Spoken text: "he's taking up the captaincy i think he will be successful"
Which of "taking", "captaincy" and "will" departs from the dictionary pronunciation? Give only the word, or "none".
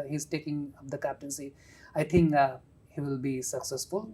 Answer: none